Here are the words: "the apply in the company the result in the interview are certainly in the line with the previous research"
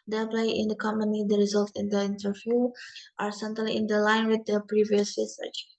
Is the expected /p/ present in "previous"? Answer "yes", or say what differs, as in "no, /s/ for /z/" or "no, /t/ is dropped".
yes